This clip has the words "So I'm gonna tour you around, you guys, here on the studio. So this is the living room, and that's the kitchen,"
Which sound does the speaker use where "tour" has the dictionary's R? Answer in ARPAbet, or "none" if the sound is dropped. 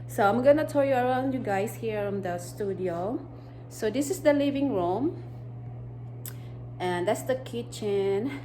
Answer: L